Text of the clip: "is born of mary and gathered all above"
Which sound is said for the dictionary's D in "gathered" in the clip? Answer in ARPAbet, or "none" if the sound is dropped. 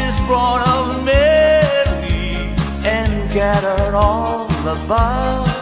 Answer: none